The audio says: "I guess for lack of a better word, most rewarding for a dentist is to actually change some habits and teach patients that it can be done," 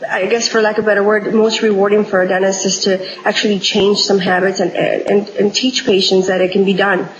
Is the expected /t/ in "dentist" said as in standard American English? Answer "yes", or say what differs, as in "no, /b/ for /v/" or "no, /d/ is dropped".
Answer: no, /t/ is dropped